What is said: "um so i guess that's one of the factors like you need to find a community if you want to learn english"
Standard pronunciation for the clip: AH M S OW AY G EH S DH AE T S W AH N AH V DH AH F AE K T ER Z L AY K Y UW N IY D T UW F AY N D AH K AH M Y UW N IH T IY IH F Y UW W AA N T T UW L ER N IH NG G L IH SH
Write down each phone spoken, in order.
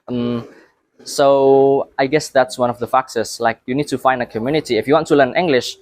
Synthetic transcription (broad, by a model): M S OW AY G EH S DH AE T S W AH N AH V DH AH F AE K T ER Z L AY K Y UW N IY D T UW F AY N D AH K AH M Y UW N IH T IY IH F Y UW W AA N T T UW L ER N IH NG G L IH SH